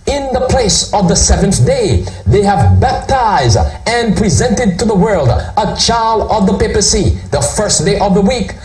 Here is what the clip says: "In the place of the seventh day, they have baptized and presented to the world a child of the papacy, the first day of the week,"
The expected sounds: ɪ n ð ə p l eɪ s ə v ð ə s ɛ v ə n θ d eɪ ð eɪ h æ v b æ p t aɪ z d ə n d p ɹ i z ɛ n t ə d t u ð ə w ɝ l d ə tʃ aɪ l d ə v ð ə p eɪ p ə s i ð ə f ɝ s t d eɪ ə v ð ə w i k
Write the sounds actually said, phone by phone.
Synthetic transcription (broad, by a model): ɪ n ð ə p l eɪ s ə v ð ə s ɛ v ə n θ d eɪ ð eɪ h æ v b æ p t aɪ z d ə n p ɹ i z ɛ n t ə d t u ð ə w ɝ l d ə tʃ aɪ l d ə v ð ə p eɪ p ə s i ð ə f ɝ s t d eɪ ə v ð ə w i k